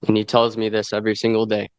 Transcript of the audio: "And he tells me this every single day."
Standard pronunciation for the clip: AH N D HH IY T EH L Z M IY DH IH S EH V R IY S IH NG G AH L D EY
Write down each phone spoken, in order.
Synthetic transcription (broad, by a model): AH N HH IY T EH L Z M IY DH IH S EH V R IY S IH NG G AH L D EY